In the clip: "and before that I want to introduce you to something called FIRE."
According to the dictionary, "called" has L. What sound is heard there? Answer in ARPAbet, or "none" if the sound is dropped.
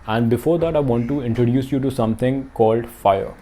L